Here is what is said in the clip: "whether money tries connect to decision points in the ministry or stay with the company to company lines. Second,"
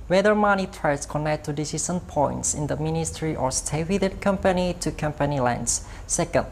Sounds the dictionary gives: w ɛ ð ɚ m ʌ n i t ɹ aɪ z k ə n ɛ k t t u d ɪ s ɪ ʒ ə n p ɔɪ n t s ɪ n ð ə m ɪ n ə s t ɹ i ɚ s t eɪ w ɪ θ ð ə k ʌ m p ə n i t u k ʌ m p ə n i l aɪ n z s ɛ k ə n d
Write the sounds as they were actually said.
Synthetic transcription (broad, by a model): w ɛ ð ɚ m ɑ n i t ɹ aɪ s k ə n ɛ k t t u d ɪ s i s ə n p ɔɪ n t s ɪ n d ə m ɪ n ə s t ɹ i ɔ s t eɪ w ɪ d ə k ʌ m p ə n i t u k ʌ m p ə n i l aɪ n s s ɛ k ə n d